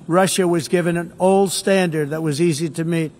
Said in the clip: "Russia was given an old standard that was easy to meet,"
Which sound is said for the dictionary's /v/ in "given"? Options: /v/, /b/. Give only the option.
/v/